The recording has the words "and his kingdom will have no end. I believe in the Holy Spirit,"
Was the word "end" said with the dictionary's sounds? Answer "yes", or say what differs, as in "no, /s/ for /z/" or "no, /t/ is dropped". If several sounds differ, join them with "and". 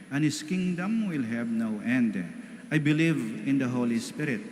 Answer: yes